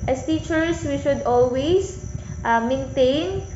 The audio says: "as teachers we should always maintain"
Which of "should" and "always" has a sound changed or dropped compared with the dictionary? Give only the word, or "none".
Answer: always